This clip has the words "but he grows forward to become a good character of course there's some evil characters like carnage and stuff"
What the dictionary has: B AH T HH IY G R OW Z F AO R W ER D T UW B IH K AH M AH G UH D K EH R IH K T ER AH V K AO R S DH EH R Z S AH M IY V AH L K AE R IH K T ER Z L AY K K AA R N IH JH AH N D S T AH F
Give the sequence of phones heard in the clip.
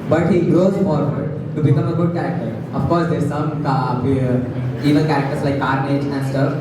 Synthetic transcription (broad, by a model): B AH T HH IY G R OW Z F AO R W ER D T UW B IH K AH M AH G UH D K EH R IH K T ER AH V K AO R S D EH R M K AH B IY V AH N K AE R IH K T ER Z L AY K K AA R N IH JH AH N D S T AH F